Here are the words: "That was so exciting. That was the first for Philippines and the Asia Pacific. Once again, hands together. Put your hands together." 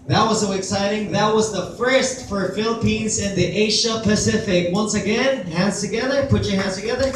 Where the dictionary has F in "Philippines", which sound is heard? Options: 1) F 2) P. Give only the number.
1